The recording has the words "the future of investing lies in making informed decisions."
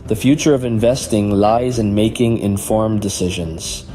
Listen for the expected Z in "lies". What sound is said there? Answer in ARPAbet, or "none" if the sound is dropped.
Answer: Z